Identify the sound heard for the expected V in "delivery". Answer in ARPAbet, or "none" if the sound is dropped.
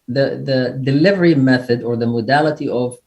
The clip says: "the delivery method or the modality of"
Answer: V